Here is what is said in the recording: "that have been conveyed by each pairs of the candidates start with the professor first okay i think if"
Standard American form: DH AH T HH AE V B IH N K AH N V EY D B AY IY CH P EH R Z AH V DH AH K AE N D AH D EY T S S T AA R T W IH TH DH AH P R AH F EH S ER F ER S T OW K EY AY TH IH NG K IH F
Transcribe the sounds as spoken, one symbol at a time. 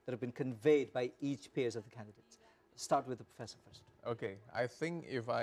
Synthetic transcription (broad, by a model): DH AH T HH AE V B IH N K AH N V EY D B AY IY CH P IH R Z AH V DH AH K AE N D AH D EY T S S T AA R T W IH DH AH P R AH F EH S ER F ER S T OW K EY AY TH IH NG K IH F